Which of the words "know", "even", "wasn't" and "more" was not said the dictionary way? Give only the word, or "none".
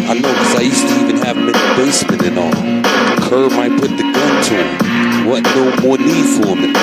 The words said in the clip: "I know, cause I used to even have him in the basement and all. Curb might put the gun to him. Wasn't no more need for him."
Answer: wasn't